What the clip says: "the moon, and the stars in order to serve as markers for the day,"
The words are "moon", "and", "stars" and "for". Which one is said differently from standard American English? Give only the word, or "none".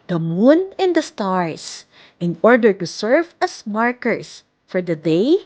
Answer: stars